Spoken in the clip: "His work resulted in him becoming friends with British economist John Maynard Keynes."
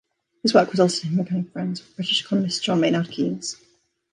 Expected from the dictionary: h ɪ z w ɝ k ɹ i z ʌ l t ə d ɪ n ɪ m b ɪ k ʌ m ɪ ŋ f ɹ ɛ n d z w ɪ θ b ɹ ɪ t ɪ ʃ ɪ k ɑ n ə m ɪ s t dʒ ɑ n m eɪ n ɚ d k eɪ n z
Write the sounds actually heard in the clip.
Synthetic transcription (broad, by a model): h ɪ z w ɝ k w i z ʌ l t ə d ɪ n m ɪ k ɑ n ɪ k f ɹ ɛ n d z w b ɹ ɪ t ɪ ʃ ɪ k ɑ n ə m ɪ s t dʒ ɑ n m eɪ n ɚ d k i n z